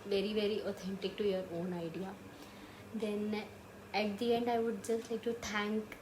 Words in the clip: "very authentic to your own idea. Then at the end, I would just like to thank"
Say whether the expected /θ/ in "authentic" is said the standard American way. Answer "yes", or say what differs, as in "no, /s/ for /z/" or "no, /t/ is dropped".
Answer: no, /t/ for /θ/